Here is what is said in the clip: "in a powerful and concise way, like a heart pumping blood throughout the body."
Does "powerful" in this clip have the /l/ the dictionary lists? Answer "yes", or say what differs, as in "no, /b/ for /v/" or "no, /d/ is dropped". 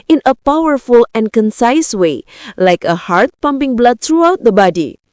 yes